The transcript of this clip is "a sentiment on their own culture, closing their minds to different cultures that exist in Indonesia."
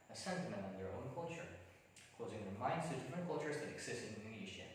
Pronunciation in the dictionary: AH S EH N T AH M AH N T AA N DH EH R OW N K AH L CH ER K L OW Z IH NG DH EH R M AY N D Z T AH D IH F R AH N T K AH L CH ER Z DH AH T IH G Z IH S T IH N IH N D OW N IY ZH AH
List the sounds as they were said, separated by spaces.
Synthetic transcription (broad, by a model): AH S EH N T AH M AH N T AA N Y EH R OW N K AH L CH ER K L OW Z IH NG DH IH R M AY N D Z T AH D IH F R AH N K AH L CH ER Z DH AH T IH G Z IH S T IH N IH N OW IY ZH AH